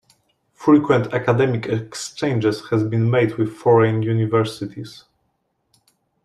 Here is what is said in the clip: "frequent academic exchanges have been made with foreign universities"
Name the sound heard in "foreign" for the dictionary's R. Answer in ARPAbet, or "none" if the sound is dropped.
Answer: R